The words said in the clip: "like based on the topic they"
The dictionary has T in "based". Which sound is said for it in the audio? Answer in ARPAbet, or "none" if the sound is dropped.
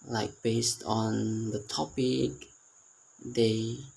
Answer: T